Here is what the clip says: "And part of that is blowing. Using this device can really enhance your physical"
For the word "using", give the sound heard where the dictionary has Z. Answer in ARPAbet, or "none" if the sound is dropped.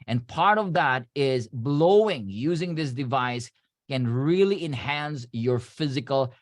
Z